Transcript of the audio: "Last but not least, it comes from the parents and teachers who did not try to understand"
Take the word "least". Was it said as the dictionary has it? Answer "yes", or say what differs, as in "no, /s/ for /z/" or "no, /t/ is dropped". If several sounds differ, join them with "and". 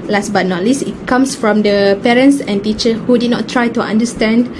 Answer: no, /t/ is dropped